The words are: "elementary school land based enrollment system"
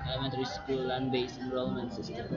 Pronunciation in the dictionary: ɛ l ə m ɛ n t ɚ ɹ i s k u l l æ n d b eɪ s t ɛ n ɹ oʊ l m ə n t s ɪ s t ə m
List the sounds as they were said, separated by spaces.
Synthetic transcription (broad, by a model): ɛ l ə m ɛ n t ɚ ɹ i s k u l l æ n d b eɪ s ɛ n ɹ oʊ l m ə n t s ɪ s t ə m